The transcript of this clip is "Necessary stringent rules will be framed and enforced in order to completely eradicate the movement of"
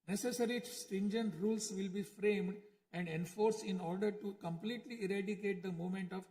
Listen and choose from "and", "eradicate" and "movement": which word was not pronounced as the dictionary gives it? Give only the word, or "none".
movement